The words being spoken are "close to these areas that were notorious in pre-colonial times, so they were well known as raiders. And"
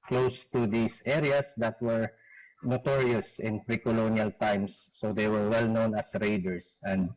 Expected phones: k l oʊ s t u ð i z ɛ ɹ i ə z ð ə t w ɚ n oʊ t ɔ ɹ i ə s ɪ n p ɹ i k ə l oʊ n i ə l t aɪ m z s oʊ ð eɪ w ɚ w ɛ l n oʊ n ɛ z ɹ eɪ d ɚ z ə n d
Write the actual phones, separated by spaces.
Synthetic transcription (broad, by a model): k l oʊ s t u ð i s ɛ ɹ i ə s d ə t w ɚ n oʊ t ɔ ɹ i ə s ɪ n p ɹ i k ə l oʊ n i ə l t aɪ m s oʊ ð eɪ w ɚ w ɛ l n oʊ n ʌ s ɹ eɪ d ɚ s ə n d